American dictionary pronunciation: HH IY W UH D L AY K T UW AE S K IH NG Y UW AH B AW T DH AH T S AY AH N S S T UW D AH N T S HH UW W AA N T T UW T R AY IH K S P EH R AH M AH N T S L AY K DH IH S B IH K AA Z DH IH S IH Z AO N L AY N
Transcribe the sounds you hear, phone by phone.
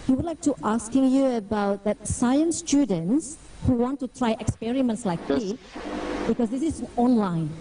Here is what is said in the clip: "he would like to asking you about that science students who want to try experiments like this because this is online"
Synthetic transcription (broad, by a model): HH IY W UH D L AY K T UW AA S K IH NG Y UW AH B AW T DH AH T S AY AH N S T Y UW D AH N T S HH UW W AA N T T UW T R AY IH K S P EH R AH M AH N T S L AY K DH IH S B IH K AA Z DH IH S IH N AO N L AY N